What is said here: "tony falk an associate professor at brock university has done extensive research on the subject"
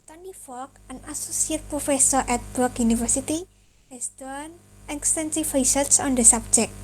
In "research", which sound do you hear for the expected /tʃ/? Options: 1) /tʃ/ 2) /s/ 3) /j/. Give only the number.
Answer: 2